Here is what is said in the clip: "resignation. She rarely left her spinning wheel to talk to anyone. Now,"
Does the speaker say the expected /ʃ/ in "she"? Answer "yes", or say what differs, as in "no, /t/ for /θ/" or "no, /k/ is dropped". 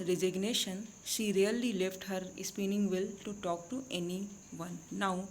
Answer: yes